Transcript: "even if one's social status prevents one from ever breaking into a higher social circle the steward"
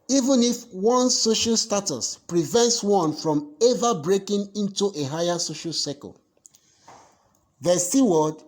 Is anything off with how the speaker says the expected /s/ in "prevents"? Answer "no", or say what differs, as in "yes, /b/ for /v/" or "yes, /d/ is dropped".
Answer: no